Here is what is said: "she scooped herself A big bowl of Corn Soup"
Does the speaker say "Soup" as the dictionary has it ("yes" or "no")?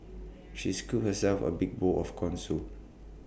no